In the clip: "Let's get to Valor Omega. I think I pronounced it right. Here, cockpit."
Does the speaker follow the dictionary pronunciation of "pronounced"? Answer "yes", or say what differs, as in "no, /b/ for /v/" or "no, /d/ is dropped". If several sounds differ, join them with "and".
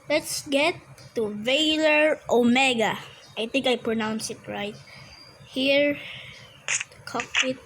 no, /t/ is dropped